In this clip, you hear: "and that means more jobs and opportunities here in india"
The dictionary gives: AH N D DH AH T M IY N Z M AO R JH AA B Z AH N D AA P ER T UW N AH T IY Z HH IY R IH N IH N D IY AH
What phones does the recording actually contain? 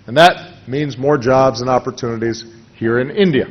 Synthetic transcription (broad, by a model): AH N DH AH T M IY N Z M AO R JH AA B Z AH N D AA P ER T UW N AH T IY Z HH IY R IH N IH N D IY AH